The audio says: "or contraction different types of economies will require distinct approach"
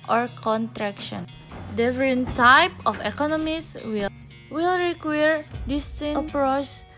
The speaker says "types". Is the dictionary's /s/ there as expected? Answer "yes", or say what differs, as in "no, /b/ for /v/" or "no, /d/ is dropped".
no, /s/ is dropped